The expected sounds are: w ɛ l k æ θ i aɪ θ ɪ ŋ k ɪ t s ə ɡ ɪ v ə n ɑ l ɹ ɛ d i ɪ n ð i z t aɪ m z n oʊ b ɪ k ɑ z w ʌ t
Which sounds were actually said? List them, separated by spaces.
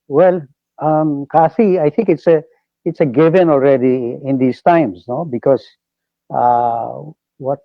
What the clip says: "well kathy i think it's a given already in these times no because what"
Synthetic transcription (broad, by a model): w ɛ l k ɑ f i aɪ t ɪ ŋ k ɪ t s ə ɡ ɪ v ə n ɑ l ɹ ɛ d i ɪ n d i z t aɪ m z n oʊ b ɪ k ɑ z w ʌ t